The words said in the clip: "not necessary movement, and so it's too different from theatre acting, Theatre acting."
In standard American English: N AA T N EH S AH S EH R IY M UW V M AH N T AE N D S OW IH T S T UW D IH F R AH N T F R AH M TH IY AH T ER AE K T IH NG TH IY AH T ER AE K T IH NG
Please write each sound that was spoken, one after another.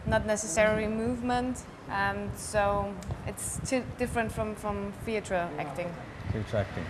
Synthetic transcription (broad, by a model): N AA T N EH S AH S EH R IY M UW V M AH N T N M S OW IH T S T UW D IH F R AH N T F R AH M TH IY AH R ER AE K T IH NG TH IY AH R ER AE K T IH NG